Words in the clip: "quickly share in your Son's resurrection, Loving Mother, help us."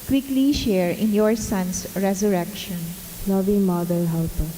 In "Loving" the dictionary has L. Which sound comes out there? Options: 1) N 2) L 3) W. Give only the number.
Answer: 1